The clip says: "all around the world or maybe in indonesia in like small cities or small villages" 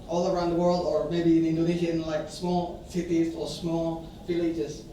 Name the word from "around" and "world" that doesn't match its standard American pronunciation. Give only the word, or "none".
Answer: none